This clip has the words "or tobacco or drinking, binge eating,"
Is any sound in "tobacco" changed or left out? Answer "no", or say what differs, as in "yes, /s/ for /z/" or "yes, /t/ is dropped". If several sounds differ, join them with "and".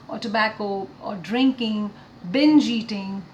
no